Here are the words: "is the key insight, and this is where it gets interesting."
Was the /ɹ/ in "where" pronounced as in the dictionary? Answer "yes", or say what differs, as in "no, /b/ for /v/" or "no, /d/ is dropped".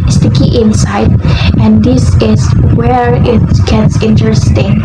yes